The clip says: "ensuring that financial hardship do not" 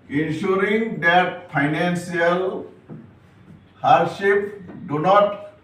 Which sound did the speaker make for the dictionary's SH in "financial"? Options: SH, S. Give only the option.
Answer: S